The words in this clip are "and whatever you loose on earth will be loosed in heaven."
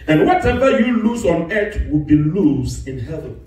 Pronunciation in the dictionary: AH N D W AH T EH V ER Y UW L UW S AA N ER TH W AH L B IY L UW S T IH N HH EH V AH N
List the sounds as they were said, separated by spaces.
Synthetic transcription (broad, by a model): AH N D W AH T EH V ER Y UW L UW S AA N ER T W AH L B IY L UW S IH N HH EH V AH N